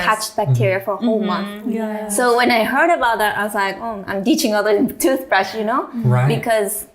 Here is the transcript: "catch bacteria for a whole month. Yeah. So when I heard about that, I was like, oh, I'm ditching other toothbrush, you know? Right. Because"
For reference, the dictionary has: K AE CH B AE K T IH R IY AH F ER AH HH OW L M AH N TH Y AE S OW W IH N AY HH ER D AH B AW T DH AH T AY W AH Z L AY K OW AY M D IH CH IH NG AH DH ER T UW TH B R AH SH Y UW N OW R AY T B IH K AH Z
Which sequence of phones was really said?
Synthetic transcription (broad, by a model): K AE CH B AE K T IH R IY AH F ER AH HH OW L M AH N TH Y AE S OW W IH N AY HH ER D AH B AW T DH AH T AY W AH Z L AY K OW AY M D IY CH IH NG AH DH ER T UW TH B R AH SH Y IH N OW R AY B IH K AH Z